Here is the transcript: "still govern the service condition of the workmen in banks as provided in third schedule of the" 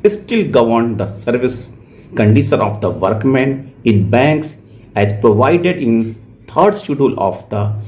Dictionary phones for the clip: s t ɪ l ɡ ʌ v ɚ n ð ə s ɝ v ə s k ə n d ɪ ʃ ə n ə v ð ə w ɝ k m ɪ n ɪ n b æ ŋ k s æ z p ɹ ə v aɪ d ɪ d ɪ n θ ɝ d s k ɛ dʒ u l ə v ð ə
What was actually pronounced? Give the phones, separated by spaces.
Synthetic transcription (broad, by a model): s t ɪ l ɡ ʌ v ɚ n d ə s ɝ v ə s k ə n d ɪ ʃ ə n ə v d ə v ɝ k m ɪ n ɪ n b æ ŋ k s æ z p ɹ ə v aɪ d ɪ d ɪ n t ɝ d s u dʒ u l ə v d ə